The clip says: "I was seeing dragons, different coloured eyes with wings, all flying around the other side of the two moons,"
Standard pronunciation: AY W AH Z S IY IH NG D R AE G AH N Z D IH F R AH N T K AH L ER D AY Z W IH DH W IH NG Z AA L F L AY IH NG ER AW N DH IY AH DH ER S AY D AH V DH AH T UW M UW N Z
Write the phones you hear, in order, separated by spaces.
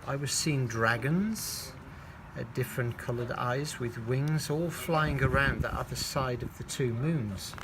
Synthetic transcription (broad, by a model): AY W AH Z S IY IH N D R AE G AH N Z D IH F R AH N K AH L ER D AY Z W IH DH W IH NG Z AA L F L AY IH NG ER AW N DH IY AH DH ER S AY D AH V DH AH T UW M UW N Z